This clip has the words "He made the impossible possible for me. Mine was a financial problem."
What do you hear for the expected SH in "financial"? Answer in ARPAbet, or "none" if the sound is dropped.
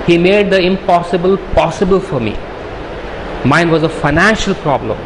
SH